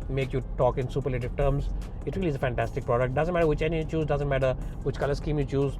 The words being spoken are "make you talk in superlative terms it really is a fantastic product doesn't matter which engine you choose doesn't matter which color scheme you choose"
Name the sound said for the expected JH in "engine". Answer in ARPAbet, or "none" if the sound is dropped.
none